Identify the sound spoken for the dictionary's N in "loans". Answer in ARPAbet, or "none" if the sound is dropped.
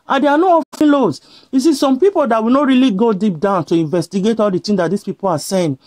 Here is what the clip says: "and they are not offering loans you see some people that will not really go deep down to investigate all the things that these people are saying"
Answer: none